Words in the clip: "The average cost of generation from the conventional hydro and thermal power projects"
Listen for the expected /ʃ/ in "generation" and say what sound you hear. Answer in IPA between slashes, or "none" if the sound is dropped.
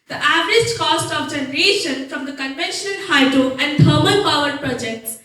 /ʃ/